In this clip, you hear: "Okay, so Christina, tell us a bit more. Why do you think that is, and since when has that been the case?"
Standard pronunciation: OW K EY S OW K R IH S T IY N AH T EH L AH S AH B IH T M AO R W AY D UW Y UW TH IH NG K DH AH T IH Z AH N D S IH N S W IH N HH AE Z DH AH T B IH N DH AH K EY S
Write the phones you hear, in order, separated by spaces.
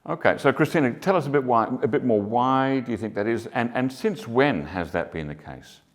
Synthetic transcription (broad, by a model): OW K EY S OW K R IH S T IY N AH T EH L AH S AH B IH T M AO R W AY D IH Y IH TH IH NG K DH AH T IH Z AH N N S IH N S W IH N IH Z DH AH T B IH N DH AH K EY S